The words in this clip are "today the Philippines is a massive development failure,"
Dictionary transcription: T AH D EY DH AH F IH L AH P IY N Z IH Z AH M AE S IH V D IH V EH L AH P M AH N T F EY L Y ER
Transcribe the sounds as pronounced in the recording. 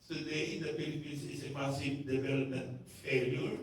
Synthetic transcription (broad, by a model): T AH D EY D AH P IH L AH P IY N S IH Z AH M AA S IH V D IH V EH L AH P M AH N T F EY L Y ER